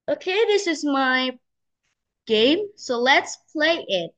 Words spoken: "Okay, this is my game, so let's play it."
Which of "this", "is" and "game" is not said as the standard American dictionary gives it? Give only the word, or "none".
none